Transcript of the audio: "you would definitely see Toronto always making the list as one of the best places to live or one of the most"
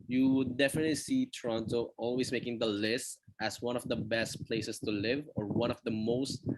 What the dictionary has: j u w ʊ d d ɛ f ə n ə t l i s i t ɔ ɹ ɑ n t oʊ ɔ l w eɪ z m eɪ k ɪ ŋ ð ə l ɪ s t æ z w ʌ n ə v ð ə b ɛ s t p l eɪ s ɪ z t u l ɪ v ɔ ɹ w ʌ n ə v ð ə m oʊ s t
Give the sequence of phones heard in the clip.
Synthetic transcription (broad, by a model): j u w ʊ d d ɛ f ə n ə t l i s i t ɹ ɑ n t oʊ ɔ l w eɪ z m eɪ k ɪ ŋ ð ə l ɪ s t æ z w ʌ n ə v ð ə b ɛ s t p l eɪ s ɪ s t u l ɪ v ɔ ɹ w ʌ n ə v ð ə m oʊ s t